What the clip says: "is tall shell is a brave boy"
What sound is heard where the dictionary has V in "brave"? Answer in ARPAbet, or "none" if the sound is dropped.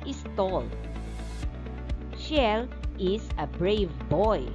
V